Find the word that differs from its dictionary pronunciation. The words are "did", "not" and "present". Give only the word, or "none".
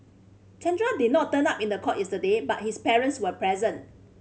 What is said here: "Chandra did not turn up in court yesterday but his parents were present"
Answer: none